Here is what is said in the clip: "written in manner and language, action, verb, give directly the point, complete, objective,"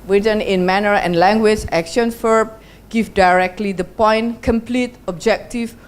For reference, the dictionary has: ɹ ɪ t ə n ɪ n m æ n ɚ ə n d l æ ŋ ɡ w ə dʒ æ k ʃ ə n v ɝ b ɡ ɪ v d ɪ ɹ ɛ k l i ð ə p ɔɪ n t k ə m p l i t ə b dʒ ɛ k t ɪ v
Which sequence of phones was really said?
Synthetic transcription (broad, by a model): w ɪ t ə n ɪ n m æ n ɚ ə n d l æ ŋ ɡ w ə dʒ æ k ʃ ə n f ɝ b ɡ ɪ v d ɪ ɹ ɛ k l i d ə p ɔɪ n k ə m p l i t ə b dʒ ɛ k t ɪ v